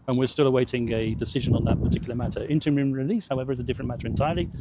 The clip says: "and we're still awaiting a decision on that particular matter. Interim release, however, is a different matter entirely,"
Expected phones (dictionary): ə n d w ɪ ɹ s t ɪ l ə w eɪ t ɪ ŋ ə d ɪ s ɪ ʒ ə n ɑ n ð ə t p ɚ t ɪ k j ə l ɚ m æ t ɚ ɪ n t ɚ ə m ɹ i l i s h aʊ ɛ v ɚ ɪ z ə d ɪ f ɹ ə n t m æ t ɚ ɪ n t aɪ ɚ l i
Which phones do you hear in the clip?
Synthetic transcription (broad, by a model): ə n w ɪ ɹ s t ɪ l ə w eɪ t ɪ ŋ ə d ɪ s ɪ ʒ ə n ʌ n ð ə t p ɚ t ɪ k j l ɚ m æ t ɚ ɪ n t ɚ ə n ɹ i l i s h aʊ ɛ v ɚ ɪ z ə d ɪ f ɹ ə n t m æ t ɚ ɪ n t aɪ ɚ l i